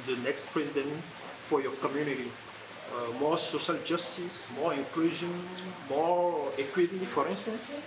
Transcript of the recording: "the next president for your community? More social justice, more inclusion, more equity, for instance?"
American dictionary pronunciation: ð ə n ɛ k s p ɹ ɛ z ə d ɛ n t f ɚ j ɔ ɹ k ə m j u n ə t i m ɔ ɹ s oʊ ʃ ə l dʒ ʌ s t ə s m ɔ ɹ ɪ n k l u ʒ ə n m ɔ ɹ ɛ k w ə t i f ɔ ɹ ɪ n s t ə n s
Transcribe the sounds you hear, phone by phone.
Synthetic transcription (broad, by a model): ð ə n ɛ k s p ɹ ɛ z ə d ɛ n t f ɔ j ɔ k ə m j u n ə t i m ɔ s oʊ ʃ ə l dʒ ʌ s t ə s m ɔ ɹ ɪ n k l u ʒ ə n m ɔ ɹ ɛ k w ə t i f ɔ ɹ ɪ n s t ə n s